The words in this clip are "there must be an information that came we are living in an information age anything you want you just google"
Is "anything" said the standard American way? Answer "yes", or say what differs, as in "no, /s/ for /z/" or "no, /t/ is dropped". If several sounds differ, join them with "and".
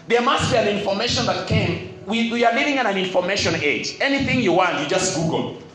yes